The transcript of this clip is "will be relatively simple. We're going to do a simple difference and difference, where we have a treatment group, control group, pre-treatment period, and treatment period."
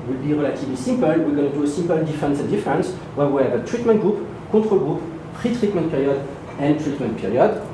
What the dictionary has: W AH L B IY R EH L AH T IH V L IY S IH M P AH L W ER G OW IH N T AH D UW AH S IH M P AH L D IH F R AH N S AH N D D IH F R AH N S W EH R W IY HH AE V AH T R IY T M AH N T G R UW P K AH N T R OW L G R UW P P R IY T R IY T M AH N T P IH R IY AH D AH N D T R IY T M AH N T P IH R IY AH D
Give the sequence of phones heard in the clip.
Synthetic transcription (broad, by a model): W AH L B IY R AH L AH T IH V L IY S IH M P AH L W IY G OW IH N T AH D UW AH S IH M P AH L D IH F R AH N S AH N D D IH F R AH N S W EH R W IY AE V AH T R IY T M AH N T G R UW P K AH T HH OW L G R UW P P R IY T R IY T M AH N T P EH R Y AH D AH N T R IY T M AH N T P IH R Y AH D